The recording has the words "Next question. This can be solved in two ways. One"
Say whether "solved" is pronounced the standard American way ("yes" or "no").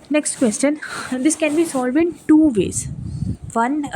no